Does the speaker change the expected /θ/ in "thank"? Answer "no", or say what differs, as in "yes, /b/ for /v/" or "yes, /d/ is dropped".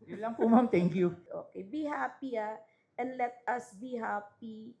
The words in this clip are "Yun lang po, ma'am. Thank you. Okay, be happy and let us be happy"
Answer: yes, /t/ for /θ/